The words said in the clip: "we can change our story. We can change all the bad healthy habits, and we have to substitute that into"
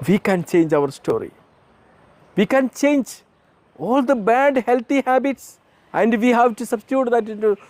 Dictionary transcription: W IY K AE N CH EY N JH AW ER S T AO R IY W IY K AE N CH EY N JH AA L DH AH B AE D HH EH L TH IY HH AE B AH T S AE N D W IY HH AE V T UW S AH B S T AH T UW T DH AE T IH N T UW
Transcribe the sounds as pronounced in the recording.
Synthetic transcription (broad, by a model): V IY K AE N CH EY N JH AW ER S T AO R IY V IY K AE N CH EY N JH AA L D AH B AE D HH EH L T IY HH AE B AH T S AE N D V IY HH AE V T UW S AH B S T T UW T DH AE T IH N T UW